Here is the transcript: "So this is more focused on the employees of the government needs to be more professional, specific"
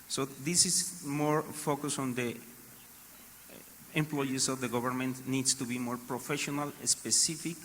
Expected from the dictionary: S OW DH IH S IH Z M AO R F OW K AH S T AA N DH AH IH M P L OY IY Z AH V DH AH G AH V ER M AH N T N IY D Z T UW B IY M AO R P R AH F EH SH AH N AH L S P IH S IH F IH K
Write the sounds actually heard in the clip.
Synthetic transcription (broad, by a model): S OW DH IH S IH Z M AO R F OW K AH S AA N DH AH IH M P L OY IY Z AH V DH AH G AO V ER M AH N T N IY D S T UW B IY M AO R P R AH F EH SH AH N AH L S P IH S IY F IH K